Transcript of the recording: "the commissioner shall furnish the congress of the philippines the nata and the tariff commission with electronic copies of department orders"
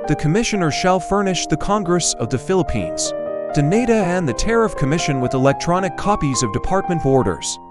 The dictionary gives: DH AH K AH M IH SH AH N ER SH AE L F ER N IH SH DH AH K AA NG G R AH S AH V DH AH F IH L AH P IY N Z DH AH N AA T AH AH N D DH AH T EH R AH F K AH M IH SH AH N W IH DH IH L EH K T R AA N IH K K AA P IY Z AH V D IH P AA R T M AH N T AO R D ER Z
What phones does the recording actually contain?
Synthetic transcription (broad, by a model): DH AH K AH M IH SH AH N ER SH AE L F ER N IH SH DH AH K AA NG G R AH S AH V DH AH F IH L AH P IY N Z DH AH N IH T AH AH N DH AH T EH R AH F K AH M IH SH AH N W IH DH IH L EH K T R AA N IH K K AA P IY Z AH V D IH P AA R T M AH N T AO R D ER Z